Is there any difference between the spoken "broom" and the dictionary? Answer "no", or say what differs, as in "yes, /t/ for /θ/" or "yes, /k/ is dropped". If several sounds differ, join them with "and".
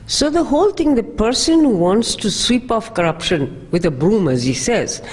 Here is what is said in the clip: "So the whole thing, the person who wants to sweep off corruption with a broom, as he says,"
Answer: no